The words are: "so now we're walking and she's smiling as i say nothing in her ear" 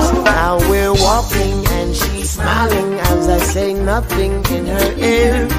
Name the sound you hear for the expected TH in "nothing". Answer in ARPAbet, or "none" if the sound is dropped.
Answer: TH